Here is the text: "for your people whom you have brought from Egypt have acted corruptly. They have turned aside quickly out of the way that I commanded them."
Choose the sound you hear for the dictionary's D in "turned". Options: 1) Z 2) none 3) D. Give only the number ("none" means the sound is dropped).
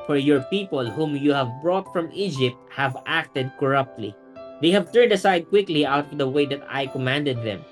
3